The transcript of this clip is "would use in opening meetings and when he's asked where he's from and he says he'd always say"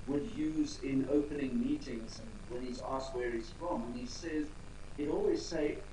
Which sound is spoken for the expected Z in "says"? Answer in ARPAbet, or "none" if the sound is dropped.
Z